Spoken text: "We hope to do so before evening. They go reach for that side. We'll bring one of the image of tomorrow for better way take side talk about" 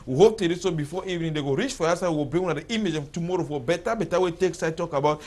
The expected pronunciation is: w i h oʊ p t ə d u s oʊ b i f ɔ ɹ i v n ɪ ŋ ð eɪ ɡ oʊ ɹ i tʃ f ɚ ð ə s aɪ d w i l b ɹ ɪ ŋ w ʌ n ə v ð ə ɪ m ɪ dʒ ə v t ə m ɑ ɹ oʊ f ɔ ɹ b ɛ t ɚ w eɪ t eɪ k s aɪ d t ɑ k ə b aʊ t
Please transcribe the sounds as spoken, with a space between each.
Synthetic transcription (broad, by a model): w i h oʊ p t ə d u s oʊ b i f ɔ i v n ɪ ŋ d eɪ ɡ oʊ ɹ i tʃ f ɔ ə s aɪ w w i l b ɪ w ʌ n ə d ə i m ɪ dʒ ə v t ə m ɑ ɹ oʊ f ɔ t b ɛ t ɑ w eɪ t eɪ k s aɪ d t ɑ k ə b aʊ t